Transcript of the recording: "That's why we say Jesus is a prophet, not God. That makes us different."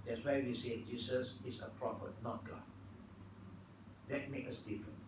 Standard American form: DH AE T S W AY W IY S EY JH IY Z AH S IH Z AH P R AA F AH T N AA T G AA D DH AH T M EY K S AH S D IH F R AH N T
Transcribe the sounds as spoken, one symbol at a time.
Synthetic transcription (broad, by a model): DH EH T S W AY W IY S EY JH IY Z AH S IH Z AH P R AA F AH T N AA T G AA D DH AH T M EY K AH S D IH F R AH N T